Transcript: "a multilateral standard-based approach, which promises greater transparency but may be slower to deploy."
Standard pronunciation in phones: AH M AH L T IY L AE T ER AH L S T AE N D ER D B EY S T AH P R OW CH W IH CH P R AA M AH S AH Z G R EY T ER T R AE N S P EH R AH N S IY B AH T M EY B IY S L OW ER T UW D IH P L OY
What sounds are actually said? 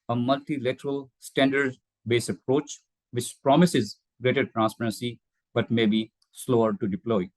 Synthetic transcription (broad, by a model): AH M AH L T IY L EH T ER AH L S T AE N D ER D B EY S AH P R OW CH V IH CH P R AA M AH S AH Z G R EY T ER T R AE N S P EH R AH N S IY B AH T M EY B IY S L OW ER T UW D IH P L OY